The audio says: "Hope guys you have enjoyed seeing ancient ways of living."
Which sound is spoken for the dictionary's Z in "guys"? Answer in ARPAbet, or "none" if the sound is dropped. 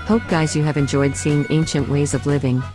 Z